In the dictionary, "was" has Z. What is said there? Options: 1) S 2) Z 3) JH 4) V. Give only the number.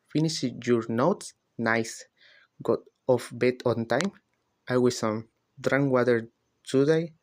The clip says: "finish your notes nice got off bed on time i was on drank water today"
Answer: 1